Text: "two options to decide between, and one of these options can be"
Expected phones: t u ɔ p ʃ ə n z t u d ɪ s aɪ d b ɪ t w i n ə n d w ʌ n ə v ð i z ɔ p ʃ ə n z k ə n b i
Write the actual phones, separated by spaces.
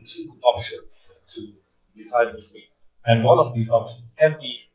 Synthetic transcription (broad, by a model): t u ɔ p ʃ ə n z t u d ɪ s aɪ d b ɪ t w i ə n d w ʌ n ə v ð i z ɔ p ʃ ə n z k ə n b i